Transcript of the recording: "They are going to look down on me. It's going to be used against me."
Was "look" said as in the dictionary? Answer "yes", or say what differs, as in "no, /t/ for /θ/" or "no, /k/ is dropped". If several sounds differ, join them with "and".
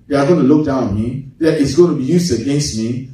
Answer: yes